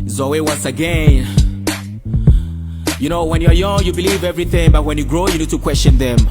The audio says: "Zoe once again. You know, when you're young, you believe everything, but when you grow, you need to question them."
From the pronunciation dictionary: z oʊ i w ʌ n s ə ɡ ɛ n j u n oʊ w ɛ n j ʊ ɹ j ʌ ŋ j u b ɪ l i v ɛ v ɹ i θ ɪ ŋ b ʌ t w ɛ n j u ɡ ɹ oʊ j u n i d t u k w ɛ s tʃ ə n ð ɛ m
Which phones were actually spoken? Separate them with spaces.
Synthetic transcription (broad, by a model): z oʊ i w ʌ n s ə ɡ ɛ n j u n oʊ w ɛ n j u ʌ j ʌ ŋ j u b ɪ l i v ɛ v ɹ i θ ɪ ŋ b ʌ t w ɛ n j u ɡ ɹ oʊ j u n i d t u k w ɛ s tʃ ə n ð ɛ m